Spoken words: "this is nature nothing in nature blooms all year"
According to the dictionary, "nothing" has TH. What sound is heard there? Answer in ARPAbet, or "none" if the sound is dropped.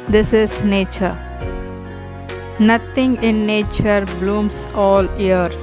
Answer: T